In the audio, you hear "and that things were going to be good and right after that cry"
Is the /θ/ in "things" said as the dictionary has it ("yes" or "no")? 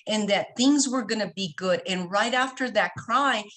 yes